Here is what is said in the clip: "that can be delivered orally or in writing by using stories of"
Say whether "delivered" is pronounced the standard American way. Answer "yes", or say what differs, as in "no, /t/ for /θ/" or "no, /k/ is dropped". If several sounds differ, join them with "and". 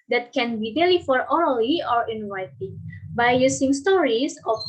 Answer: no, /f/ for /v/